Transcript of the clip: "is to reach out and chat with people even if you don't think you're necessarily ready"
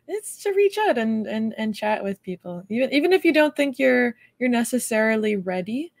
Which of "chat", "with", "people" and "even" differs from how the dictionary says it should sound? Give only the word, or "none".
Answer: people